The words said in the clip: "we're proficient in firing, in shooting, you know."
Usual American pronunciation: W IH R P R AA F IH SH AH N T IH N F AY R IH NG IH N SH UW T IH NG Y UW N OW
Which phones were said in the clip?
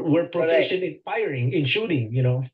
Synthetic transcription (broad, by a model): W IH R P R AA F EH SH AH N IH N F AY R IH NG IH N SH UW T IH NG Y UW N OW